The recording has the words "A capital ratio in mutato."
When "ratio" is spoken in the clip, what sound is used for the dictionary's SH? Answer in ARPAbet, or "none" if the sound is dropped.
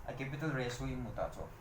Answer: S